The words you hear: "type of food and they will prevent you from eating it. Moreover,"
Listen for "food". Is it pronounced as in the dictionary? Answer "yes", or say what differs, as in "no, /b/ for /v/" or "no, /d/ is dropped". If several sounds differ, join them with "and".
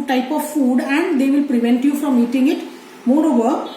yes